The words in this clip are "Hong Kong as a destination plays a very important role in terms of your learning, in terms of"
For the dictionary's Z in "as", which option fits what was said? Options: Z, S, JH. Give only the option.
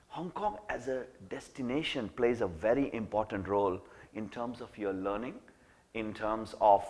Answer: Z